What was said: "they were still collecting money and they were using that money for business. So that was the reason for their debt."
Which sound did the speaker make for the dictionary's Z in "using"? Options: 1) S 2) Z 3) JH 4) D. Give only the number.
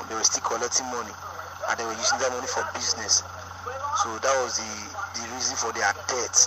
1